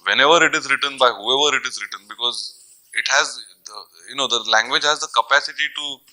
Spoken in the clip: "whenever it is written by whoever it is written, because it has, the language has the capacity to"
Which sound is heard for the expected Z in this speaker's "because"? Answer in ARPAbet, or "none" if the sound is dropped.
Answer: Z